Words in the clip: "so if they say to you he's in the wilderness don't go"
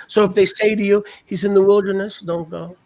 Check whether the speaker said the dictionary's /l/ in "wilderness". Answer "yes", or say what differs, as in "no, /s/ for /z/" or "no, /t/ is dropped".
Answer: yes